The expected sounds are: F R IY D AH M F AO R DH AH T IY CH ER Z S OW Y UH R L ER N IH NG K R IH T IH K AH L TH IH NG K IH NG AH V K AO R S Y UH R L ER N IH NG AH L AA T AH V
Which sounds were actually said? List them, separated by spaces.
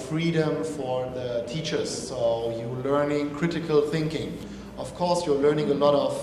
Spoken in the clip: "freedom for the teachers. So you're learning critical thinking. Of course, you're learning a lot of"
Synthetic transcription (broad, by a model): F R IY D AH M F AO R DH AH T IY CH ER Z S OW Y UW L ER N IH NG K R IH T IH K AH L TH IH NG K IH NG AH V K AO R S Y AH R L ER N IH NG AH L AA T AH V